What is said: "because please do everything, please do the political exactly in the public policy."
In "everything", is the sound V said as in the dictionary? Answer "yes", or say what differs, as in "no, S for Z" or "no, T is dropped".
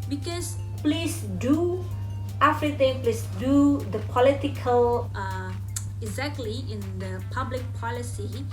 no, F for V